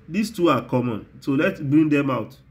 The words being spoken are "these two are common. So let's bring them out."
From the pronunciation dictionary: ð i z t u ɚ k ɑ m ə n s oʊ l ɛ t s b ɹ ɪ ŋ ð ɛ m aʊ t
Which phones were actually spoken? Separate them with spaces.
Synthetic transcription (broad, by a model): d i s t u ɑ k ɑ m ə n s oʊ l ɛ t b ɹ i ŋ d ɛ m aʊ t